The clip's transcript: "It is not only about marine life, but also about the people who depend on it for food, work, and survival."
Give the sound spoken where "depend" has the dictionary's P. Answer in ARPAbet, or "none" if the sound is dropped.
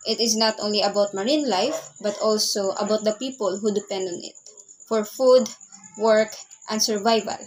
P